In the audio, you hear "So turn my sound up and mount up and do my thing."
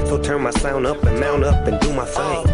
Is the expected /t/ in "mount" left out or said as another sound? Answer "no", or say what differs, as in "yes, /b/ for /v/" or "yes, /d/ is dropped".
yes, /t/ is dropped